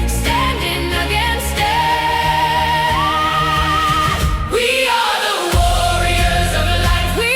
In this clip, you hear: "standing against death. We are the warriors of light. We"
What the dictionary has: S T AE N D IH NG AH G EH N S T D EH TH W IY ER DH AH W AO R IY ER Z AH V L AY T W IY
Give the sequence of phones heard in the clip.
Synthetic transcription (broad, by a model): S T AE N D IH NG AH G EH N S T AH W IY ER DH AH W AO R IY ER Z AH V L AY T W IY